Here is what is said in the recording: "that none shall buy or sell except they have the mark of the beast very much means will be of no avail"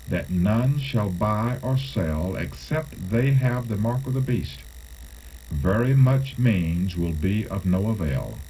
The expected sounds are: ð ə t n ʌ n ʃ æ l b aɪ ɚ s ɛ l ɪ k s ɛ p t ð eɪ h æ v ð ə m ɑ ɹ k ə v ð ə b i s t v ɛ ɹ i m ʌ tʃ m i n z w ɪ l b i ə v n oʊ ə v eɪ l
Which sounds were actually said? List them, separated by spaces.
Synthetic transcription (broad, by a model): ð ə t n ʌ n ʃ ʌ l b aɪ ɚ s ɛ l ɪ k s ɛ p t ð eɪ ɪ v ð ə m ɑ ɹ k ə v ð ə b i s t v ɛ ɹ i m ʌ tʃ m i n z w ɪ l b i ə v n oʊ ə v eɪ l